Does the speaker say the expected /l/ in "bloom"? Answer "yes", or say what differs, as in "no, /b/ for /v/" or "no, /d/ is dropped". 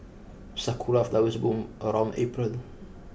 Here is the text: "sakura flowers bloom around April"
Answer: no, /l/ is dropped